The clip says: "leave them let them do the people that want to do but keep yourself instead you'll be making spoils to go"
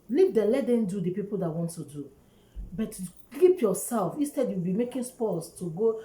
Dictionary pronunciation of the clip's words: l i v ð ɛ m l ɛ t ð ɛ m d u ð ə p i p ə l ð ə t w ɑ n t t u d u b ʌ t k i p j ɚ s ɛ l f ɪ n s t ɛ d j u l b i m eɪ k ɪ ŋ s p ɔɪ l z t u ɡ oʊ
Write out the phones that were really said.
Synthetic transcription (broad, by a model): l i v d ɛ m l ɛ t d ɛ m d u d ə p i p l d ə t w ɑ n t t u d u b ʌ t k i p j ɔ s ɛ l f ɪ n s t ɛ d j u w b i m eɪ k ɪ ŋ s p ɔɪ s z t u ɡ oʊ